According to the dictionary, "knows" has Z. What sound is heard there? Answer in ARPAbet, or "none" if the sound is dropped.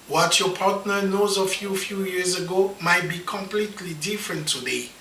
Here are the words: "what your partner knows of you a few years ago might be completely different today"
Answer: Z